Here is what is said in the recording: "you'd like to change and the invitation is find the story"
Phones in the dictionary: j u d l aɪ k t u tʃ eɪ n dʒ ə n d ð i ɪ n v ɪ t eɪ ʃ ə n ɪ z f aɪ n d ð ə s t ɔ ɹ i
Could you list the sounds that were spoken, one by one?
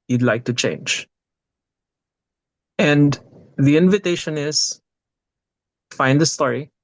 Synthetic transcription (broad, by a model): j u d l aɪ k t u tʃ eɪ n dʒ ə n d ð i ɪ n v ɪ t eɪ ʃ ə n ɪ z f aɪ n d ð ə s t ɔ ɹ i